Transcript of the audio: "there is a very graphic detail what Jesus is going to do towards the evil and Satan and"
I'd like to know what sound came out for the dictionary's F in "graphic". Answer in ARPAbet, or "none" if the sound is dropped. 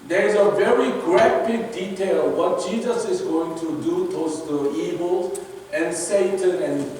P